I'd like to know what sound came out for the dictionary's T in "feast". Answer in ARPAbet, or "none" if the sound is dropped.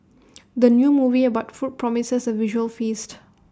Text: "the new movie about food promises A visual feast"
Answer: T